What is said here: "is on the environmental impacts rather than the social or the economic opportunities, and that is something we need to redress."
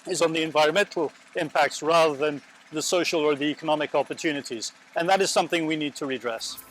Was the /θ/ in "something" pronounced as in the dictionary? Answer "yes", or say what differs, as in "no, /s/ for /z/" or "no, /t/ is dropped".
yes